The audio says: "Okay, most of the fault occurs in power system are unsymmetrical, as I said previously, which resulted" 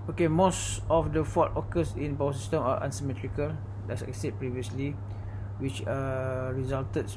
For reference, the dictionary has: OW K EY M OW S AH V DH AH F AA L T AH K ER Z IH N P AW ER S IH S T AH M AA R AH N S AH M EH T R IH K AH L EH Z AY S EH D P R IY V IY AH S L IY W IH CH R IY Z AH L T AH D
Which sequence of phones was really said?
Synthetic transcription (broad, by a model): OW K EY M OW S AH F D AH F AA T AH K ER S IH N B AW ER S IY S T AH M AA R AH N S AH M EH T R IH K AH L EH S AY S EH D P R IY V IY AH S L IY W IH CH R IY Z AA L T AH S